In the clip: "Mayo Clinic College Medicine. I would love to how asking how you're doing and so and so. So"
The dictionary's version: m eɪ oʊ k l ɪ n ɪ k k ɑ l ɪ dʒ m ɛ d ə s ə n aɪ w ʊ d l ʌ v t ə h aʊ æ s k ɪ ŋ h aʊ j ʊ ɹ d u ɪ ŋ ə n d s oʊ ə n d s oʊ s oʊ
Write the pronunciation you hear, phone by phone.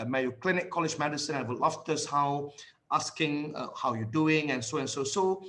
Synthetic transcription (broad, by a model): m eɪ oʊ k l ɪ n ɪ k k ɑ l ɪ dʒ m ɛ d ə s ə n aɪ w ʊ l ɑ f t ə h aʊ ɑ s k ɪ ŋ h aʊ j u d u ɪ ŋ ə n s oʊ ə n s oʊ s oʊ